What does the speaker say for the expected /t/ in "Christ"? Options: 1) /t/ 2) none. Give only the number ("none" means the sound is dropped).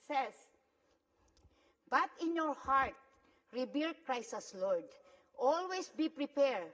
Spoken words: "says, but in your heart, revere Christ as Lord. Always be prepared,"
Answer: 2